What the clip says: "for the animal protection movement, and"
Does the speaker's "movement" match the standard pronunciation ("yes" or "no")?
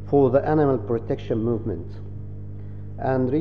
yes